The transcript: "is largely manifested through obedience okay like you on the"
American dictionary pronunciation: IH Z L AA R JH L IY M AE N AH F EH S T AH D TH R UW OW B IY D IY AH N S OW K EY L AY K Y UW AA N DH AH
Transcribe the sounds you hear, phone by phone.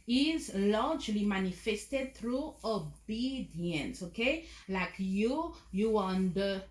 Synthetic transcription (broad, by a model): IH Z L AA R JH L IY M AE N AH F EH S T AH D T R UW OW B IY D IY AH N S OW K EY L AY K Y UW AA N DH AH